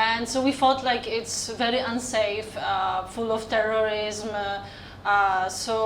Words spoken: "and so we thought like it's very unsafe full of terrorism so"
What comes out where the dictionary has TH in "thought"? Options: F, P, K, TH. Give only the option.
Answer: F